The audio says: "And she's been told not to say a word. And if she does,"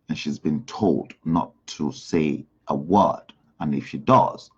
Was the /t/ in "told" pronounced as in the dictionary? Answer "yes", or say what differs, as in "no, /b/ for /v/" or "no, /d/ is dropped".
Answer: yes